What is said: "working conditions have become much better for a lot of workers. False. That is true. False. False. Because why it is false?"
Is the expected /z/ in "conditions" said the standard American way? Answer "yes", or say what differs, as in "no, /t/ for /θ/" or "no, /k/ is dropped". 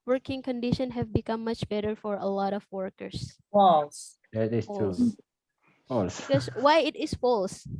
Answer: no, /z/ is dropped